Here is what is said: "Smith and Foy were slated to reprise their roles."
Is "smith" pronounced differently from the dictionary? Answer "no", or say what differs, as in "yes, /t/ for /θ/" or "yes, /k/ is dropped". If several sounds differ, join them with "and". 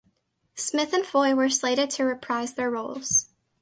no